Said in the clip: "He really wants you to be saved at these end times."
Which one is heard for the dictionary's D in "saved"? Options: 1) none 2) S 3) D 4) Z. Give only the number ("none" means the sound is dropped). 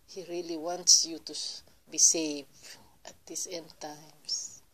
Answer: 1